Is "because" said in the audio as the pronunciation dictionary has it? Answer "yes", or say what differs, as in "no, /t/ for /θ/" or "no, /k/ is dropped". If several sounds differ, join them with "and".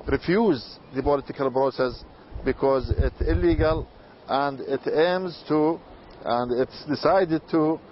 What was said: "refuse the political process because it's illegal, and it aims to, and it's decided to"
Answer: yes